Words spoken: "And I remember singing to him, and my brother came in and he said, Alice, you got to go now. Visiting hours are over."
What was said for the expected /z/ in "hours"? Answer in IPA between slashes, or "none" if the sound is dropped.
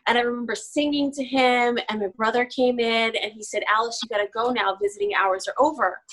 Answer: /z/